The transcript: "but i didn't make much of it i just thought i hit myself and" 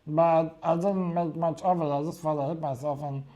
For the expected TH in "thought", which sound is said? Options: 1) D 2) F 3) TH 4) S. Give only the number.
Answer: 2